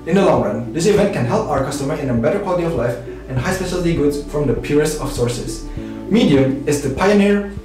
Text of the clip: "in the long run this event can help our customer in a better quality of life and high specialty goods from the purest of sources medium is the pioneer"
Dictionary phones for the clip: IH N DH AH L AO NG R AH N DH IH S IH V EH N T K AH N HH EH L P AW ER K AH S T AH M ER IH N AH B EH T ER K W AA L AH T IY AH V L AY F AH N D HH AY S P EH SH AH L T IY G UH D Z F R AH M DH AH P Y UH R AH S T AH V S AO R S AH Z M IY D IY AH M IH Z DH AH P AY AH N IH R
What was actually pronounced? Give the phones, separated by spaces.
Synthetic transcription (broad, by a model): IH N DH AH L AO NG R AH N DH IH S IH V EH N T K AH N HH EH L P AW ER K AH S T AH M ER IH N AH B EH T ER K W AA L AH T IY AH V L AY F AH N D HH AY S P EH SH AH L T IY G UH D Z F R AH M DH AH P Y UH R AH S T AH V S AO R S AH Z M IY D IY AH M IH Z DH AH P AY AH N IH R